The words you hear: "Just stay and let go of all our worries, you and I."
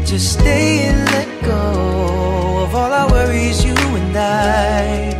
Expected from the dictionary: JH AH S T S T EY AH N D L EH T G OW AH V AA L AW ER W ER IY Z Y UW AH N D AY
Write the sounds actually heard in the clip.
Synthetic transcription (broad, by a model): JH AH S S T EY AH N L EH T G OW AH V AA L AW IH W ER IY Z Y UW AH N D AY